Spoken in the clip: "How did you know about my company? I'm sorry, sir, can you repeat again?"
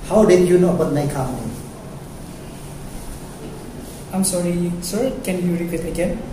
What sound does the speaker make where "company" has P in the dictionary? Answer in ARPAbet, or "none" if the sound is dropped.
none